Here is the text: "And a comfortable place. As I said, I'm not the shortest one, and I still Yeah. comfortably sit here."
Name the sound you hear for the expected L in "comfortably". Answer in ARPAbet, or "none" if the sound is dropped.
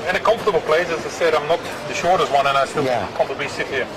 none